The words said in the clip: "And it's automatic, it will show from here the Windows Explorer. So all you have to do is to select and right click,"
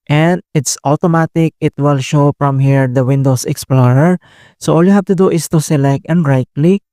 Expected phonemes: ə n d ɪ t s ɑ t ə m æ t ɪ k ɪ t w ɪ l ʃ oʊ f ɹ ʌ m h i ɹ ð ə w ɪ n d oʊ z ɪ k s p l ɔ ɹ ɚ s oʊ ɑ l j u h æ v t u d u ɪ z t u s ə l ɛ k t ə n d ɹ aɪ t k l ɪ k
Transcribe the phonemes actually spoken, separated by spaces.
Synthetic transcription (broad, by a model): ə n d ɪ t s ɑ t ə m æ t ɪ k ɪ t w ɪ l ʃ oʊ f ɹ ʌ m h i ɹ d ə w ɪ n d oʊ s ɪ k s p l ɔ ɹ ɚ s oʊ ɑ l j u h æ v t u d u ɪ s t u s ə l ɛ k t ə n d ɹ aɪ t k l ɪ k